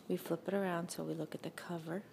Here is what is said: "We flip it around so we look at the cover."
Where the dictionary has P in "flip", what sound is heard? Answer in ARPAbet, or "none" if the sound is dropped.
P